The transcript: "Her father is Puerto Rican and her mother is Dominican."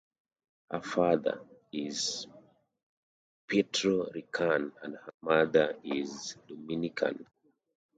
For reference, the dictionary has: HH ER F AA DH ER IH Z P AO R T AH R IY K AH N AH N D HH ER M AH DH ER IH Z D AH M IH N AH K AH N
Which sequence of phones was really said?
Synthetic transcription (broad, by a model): HH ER F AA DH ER IH Z P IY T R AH R IY K AH N AH N D HH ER M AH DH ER IH Z D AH M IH N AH K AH N